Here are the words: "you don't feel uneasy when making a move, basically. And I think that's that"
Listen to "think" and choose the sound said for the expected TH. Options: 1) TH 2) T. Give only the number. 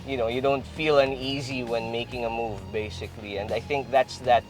1